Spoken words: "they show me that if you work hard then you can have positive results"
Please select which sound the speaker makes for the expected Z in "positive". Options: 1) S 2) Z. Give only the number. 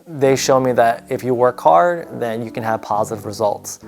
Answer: 2